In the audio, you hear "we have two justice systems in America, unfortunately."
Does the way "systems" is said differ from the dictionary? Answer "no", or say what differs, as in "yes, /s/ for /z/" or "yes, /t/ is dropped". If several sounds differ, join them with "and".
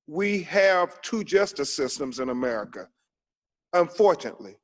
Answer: no